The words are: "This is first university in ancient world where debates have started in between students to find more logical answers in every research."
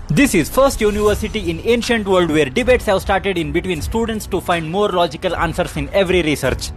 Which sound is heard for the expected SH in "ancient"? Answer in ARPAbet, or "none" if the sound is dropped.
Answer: SH